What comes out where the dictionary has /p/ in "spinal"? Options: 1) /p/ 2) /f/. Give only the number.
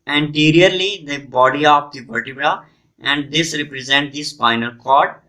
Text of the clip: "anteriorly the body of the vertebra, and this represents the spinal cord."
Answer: 2